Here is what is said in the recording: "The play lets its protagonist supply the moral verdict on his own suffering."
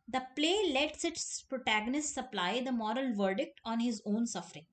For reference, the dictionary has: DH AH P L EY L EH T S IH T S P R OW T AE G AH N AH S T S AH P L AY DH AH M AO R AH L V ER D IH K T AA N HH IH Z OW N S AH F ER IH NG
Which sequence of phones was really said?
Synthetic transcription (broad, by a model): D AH P L EY L EH T S IH T S P R OW T AE G AH N AH S T S AH P L AY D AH M AO R AH L V ER D IH K T AA N HH IH Z OW N S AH F ER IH NG